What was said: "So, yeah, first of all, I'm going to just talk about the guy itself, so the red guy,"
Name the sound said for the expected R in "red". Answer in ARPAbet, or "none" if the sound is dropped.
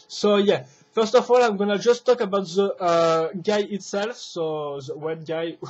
W